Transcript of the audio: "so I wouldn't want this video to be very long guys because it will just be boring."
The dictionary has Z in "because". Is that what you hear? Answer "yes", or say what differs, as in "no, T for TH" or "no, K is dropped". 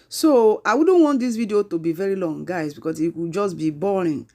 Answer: no, S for Z